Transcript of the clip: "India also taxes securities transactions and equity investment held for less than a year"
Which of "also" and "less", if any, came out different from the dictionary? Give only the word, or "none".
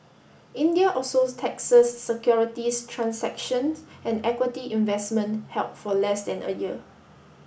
also